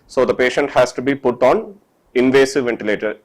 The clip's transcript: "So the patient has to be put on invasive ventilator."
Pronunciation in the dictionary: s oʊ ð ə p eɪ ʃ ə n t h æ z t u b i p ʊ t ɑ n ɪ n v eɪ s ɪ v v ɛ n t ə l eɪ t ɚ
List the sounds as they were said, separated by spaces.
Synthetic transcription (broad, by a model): s oʊ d ə p eɪ ʃ ə n t h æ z t u b i p ʊ t ɑ n ɪ n v eɪ s ɪ v v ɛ n t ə l eɪ t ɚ